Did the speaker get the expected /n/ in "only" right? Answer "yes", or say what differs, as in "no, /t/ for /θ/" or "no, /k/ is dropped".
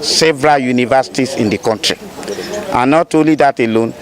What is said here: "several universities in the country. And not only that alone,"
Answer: no, /n/ is dropped